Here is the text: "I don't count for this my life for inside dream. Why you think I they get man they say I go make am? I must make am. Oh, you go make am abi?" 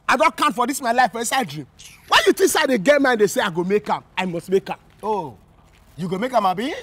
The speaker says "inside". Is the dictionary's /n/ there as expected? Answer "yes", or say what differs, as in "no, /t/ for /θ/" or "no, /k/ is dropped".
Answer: no, /n/ is dropped